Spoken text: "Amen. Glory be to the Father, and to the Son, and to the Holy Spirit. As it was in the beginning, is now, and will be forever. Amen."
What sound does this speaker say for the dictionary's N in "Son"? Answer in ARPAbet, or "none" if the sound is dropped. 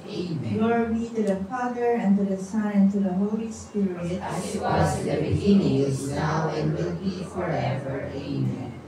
none